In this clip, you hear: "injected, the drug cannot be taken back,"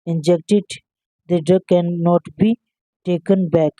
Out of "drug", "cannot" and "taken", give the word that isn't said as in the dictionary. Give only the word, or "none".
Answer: drug